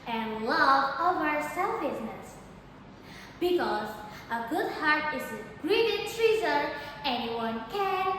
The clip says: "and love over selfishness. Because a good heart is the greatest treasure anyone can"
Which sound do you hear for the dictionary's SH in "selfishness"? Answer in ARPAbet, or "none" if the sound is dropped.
S